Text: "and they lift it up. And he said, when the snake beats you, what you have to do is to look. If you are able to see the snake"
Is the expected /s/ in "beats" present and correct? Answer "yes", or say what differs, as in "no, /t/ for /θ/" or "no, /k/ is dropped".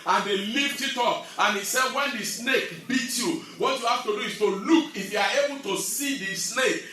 no, /s/ is dropped